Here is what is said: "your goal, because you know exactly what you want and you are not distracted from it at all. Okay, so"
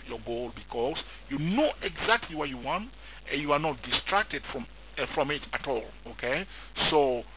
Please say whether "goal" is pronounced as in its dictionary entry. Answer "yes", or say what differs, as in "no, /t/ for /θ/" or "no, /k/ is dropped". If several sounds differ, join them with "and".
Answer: yes